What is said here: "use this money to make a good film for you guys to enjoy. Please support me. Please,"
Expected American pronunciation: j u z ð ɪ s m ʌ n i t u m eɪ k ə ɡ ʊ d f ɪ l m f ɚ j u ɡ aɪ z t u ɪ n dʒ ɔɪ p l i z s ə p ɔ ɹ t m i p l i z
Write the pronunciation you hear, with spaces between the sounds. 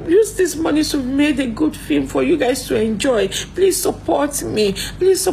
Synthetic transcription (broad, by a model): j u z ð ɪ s m ʌ n i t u m eɪ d ə ɡ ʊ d f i m f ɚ j u ɡ aɪ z t u ɪ n dʒ ɔɪ p l i z s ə p ɔ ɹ t m i p l i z